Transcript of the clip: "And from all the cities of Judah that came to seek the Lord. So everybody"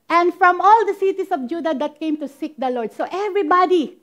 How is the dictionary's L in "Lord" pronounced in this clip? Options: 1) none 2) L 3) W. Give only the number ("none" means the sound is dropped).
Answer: 2